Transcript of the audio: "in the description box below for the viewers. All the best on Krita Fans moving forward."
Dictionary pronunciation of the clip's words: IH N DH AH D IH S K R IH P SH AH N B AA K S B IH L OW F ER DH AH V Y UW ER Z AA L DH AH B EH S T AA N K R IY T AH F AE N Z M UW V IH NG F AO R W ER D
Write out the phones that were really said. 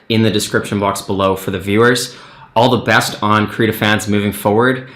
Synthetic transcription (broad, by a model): IH N DH AH D IH S K R IH P SH AH N B AA K S B IH L OW F ER DH AH V Y UW ER Z AA L DH AH B EH S T N K R IY T AH F AE N Z M UW V IH NG F AO R W ER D